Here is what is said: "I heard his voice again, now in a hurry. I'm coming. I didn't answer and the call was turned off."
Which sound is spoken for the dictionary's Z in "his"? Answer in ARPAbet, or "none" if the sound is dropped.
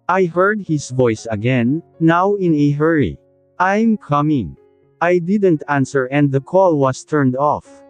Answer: S